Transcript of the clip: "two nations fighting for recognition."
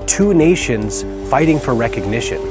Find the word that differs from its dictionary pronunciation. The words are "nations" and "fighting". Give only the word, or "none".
none